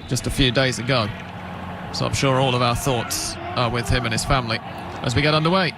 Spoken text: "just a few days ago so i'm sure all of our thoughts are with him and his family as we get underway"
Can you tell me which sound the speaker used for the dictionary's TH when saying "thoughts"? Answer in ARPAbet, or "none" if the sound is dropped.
TH